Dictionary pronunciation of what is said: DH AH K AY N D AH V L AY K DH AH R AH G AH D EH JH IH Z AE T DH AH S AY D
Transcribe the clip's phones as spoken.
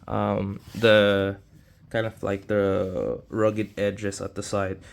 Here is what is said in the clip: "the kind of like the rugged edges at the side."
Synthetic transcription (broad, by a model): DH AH K AY N D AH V L AY K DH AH R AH G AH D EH JH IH S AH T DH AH S AY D